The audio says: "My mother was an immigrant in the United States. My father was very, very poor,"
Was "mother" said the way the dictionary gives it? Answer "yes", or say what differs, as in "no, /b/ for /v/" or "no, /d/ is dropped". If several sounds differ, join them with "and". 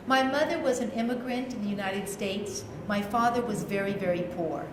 yes